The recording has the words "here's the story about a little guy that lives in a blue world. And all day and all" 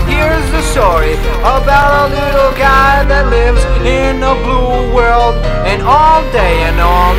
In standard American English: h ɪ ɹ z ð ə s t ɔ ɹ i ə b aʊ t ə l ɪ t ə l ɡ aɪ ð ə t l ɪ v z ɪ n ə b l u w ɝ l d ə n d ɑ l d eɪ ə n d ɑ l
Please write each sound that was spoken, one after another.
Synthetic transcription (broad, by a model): h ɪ ɹ z ð ə s t ɔ ɹ i ə b aʊ t ə l ɪ t l ɡ aɪ ð ə t l ɪ v z ɪ n ə b l u w ɝ l d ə n ɑ l d eɪ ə n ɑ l